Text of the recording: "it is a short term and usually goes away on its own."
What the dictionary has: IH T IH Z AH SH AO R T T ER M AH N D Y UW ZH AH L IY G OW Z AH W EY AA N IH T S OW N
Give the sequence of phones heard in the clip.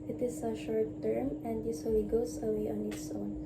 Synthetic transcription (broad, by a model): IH T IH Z AH SH AO R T T ER M AH N D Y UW S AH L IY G OW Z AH W EY AA N IH T S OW N